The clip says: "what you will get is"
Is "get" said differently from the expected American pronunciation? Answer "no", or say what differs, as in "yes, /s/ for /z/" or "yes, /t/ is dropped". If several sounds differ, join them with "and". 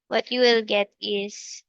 no